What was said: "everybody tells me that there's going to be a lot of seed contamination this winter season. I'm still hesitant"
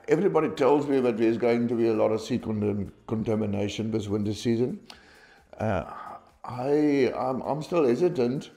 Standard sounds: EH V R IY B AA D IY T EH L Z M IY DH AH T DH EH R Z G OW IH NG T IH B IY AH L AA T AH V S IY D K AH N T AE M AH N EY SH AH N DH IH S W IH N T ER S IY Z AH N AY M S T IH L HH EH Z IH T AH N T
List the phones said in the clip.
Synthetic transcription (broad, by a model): EH V R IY B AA D IY T EH L Z M IY DH AH T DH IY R Z G OW IH NG T IH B IY AH L AA T AH V S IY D K AH N T AE M AH N EY SH AH N DH IH S W IH N T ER S IY Z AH N AY M S T IH L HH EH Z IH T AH N T